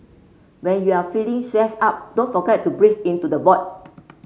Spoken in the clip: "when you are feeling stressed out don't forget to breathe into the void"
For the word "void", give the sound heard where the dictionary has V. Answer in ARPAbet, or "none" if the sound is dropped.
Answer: B